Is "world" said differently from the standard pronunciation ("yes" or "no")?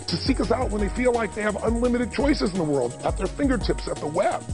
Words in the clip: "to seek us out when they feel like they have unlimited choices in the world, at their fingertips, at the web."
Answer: no